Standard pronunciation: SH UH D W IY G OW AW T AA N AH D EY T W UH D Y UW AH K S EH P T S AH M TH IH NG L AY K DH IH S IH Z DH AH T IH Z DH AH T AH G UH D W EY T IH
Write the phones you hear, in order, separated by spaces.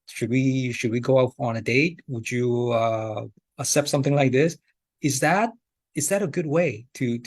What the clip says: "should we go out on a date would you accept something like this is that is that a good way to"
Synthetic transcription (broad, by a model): SH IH D W IY G OW AW T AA N AH D EY T W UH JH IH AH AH S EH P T S AH M TH IH NG L AY K DH IH S IH Z DH AH T IH Z DH AH T AH G UH D W EY T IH